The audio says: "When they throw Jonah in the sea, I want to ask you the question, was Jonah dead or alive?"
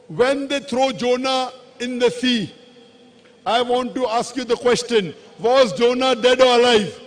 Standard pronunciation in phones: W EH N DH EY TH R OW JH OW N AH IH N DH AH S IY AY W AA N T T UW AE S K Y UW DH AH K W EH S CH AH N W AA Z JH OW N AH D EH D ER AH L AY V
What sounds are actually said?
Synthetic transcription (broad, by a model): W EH N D EY T R OW JH OW N AH IH N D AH S IY AY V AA N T T UW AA S K Y UW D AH K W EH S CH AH N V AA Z JH OW N AH D EH D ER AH L AY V